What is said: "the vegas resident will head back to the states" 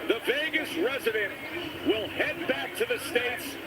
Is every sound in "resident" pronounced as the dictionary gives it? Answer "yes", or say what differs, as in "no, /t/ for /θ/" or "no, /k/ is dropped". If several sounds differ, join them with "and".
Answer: yes